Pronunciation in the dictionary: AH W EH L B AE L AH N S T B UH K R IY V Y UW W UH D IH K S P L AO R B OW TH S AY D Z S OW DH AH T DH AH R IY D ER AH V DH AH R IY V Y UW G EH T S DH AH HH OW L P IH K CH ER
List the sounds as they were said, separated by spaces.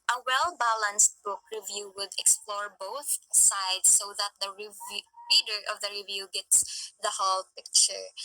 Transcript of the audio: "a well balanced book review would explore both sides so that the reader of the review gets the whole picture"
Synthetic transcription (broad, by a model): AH W EH L B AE L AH N S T B UH K R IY V Y UW W UH D IH K S P L AO R B OW TH S AY D S OW DH AH T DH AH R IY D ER AH V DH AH R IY V Y UW G EH T S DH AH HH OW L P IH K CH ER